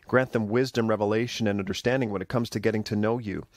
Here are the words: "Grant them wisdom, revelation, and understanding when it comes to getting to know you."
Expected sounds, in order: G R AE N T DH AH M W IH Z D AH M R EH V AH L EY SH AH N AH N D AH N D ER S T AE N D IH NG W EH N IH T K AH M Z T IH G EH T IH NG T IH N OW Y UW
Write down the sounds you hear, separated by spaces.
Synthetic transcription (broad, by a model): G R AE N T DH AH M W IH Z D AH M R EH V AH L EY SH AH N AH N AH N D ER S T AE N D IH NG W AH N IH T K AH M Z T IH G EH T IH NG T IH N OW Y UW